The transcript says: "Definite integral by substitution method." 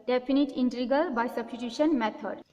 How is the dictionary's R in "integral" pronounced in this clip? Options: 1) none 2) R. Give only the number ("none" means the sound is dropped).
1